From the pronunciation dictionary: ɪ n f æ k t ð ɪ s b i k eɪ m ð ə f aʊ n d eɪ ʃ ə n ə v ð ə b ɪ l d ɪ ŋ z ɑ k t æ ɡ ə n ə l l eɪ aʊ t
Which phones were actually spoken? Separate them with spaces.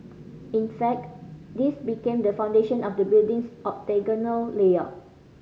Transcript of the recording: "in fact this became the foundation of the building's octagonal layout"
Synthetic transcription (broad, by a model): ɪ n f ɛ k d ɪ s b i k eɪ m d ə f aʊ n d eɪ ʃ ə n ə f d ə b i l d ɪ ŋ s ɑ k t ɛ ɡ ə n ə l l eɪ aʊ